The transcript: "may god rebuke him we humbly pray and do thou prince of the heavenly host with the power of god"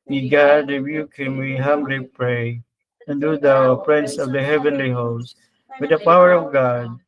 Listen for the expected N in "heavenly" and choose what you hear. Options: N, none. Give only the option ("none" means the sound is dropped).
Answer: N